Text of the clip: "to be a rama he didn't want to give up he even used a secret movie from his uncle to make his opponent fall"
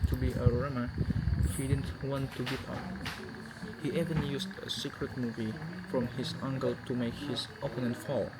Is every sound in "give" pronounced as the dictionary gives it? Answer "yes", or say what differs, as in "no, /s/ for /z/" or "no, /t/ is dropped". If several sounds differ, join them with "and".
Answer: no, /p/ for /v/